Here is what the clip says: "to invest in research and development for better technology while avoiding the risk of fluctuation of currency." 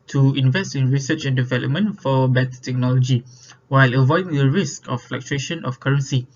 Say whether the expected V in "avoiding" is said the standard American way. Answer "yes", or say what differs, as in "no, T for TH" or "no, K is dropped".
yes